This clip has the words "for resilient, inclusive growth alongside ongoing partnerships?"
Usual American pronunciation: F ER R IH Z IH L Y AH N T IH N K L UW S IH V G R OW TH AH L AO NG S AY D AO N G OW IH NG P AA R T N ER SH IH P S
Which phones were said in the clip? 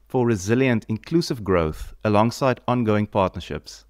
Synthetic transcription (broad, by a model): F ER R IH Z IH L Y AH N T IH N K L UW S IH V G R OW TH AH L AO NG S AY D AO N G OW IH NG P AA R T N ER SH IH P S